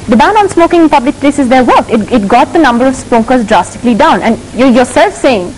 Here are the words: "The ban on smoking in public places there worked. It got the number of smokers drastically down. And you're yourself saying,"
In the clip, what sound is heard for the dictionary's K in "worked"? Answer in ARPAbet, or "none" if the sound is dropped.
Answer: none